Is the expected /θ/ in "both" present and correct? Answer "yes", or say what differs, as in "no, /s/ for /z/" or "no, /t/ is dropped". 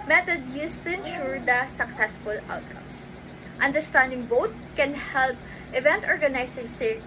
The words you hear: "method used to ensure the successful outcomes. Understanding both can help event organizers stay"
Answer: no, /t/ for /θ/